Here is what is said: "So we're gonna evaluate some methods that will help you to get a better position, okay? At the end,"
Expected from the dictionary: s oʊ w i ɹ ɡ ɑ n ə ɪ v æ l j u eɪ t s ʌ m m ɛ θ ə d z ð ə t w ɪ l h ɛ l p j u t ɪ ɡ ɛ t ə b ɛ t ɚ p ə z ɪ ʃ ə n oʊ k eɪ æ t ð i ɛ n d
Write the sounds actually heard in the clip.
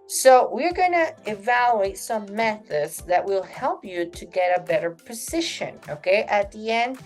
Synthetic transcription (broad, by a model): s oʊ w i ɹ ɡ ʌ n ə ɪ v æ l j u eɪ t s ʌ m m ɛ θ ə d z ð ə t w ɪ l h ɛ l p j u t ɪ ɡ ɛ t ə b ɛ t ɚ p ə z ɪ ʃ ə n oʊ k eɪ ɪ t ð i ɛ n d